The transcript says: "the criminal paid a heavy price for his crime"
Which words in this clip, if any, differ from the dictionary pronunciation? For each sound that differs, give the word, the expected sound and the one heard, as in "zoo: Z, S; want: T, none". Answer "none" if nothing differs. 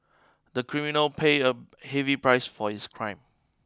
paid: D, none; his: Z, S